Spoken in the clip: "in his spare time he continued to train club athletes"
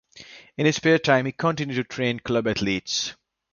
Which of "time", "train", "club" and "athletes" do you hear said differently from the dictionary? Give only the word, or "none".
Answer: athletes